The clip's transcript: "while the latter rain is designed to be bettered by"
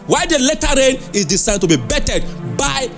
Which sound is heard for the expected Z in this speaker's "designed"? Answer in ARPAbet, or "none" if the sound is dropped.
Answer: S